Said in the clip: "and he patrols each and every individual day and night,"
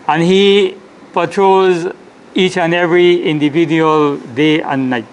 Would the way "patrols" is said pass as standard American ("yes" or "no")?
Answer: no